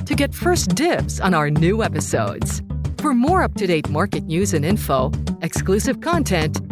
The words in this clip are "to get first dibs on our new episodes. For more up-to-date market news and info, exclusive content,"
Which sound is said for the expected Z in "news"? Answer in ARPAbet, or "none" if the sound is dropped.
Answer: Z